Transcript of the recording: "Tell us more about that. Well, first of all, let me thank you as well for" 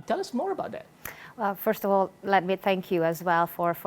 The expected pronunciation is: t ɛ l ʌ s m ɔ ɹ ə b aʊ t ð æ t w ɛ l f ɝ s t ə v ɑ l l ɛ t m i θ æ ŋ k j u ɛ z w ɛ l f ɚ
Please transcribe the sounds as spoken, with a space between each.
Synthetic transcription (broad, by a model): t ɛ l ʌ s m ɔ ɹ ə b aʊ t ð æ t w ɛ l f ɝ s t ə v ɑ l l ɛ t m i θ æ ŋ k j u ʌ z w ɛ l f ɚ